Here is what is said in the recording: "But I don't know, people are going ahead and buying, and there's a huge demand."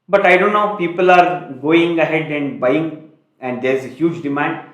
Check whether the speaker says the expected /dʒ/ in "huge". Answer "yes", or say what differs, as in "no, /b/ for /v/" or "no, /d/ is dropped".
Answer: yes